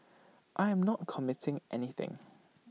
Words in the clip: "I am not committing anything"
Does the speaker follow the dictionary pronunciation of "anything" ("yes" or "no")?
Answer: yes